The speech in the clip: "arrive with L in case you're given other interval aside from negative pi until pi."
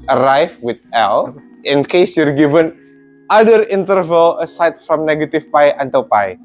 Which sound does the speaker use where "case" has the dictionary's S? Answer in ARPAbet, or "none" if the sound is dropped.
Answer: S